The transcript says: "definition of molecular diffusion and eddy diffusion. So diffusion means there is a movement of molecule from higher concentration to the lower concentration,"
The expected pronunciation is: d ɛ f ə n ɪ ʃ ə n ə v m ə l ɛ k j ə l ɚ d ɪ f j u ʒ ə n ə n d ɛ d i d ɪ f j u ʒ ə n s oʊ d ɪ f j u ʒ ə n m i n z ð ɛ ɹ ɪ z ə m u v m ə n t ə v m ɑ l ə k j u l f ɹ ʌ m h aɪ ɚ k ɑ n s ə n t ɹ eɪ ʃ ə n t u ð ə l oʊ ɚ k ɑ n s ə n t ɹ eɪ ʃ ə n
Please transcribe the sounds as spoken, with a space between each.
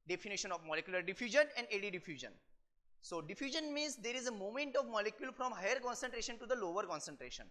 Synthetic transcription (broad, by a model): d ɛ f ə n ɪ ʃ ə n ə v m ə l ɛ k j l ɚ d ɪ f j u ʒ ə n ə n d ɛ d i d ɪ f j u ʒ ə n s oʊ d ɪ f j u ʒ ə n m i n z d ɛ ɹ ɪ z ə m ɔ m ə n t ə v m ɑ l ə k j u l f ɹ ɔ m h aɪ ɚ k ɑ n s ə n t ɹ eɪ ʃ ə n t u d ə l oʊ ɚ k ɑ n s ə n t ɹ eɪ ʃ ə n